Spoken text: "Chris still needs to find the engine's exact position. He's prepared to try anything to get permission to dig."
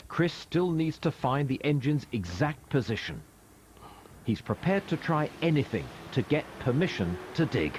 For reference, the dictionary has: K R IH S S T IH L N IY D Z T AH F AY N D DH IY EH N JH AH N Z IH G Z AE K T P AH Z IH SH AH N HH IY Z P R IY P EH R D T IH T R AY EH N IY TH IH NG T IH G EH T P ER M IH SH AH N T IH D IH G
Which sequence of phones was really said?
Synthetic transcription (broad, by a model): K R IH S S T IH L N IY D Z T AH F AY N DH IY EH N JH AH N Z IH G Z AE K T P AH Z IH SH AH N IY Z P R IY P EH R D T IH T R AY EH N IY TH IH NG T IH G EH T P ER M IH SH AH N T IH D IH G